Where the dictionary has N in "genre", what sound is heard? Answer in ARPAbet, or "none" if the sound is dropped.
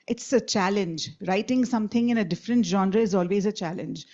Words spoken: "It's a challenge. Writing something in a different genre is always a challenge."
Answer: N